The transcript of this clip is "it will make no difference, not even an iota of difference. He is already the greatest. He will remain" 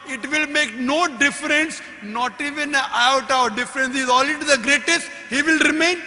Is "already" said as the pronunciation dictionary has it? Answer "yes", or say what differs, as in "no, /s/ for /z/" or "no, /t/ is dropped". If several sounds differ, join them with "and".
no, /l/ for /ɹ/